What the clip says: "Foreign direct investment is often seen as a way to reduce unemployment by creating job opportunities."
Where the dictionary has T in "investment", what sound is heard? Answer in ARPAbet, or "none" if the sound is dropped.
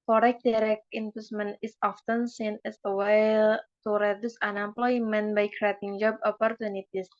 none